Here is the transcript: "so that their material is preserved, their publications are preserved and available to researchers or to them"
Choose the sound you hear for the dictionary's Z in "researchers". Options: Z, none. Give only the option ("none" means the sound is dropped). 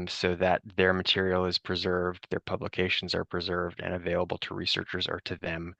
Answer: Z